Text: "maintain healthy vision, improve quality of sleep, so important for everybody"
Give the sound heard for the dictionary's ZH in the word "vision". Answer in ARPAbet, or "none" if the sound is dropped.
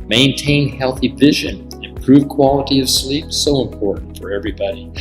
ZH